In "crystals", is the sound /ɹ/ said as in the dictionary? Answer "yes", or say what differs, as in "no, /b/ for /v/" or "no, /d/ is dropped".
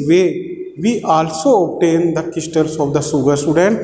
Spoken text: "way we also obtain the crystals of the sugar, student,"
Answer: no, /ɹ/ is dropped